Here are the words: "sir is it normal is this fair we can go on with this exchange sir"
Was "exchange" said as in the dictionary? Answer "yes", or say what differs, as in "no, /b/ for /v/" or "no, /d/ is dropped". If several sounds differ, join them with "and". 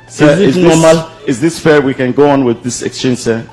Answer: yes